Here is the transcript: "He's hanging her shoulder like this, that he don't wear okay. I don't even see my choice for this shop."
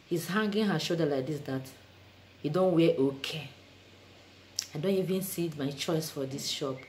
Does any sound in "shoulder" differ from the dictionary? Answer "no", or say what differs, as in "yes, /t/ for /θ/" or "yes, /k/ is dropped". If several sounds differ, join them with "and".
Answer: yes, /l/ is dropped